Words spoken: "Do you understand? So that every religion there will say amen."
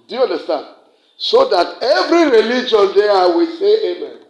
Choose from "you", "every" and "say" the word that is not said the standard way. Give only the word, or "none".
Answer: none